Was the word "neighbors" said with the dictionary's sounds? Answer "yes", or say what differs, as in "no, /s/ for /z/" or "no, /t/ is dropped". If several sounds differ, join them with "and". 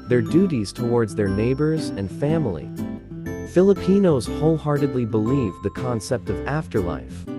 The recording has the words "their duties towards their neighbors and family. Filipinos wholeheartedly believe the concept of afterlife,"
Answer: yes